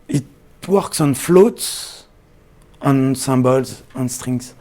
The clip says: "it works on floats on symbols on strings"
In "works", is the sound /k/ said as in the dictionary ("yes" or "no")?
yes